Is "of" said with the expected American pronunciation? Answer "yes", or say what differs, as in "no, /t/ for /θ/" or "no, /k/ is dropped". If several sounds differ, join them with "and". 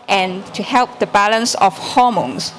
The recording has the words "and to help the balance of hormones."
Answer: no, /f/ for /v/